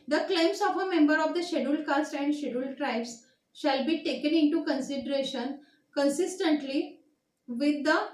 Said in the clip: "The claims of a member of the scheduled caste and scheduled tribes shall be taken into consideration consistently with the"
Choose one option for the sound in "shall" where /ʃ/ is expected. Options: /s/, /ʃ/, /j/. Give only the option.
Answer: /ʃ/